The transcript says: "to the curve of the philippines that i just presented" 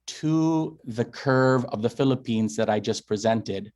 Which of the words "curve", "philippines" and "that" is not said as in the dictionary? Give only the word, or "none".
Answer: none